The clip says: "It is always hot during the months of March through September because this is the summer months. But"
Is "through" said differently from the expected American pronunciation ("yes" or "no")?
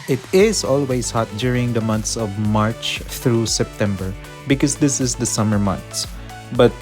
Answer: yes